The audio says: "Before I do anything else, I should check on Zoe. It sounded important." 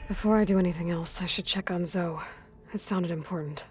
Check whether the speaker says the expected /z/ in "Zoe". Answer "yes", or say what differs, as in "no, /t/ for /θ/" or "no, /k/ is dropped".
yes